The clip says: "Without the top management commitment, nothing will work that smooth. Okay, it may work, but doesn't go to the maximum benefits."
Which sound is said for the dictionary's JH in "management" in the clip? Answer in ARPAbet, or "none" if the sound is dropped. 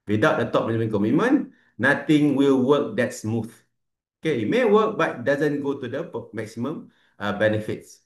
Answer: none